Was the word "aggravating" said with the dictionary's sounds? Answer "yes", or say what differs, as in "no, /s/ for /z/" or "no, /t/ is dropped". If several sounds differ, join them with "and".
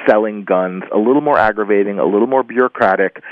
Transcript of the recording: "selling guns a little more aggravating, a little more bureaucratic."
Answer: yes